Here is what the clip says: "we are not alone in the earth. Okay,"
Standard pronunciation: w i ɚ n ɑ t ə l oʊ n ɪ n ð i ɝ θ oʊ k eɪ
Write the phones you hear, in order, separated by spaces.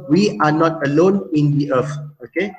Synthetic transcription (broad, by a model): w i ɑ n ɑ t ə l oʊ n ɪ n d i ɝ f oʊ k eɪ